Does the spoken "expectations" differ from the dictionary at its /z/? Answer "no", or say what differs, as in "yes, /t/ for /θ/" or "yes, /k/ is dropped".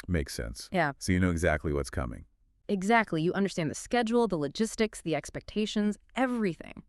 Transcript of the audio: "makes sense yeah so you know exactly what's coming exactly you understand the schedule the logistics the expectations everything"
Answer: no